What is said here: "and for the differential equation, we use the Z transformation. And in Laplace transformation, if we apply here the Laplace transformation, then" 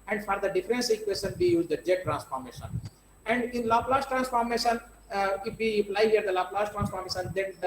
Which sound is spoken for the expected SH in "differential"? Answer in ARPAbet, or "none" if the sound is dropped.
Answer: S